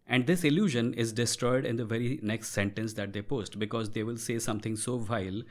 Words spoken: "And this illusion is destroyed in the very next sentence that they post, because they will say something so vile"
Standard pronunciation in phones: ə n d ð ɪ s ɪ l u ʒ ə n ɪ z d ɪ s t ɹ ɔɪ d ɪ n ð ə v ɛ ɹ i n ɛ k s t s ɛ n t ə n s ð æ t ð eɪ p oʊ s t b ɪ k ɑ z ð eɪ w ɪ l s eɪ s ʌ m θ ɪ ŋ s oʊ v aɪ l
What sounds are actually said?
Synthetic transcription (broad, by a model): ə n d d ɪ s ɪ l u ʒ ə n ɪ z d ɪ s t ɹ ɔɪ d ɪ n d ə v ɛ ɹ i n ɛ k s t s ɛ n t ə n s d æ t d eɪ p oʊ s t b ɪ k ɑ z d eɪ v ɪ l s eɪ s ʌ m t ɪ ŋ s oʊ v aɪ l